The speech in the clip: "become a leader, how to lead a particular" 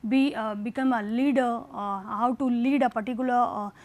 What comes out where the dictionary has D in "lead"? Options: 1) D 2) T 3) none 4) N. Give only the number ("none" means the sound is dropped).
1